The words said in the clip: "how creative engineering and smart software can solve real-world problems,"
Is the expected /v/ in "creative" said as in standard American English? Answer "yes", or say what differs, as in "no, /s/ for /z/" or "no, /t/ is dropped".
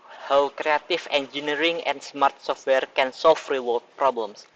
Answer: no, /f/ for /v/